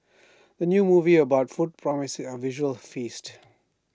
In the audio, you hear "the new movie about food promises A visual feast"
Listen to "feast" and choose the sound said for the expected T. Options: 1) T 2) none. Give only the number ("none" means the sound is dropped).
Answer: 1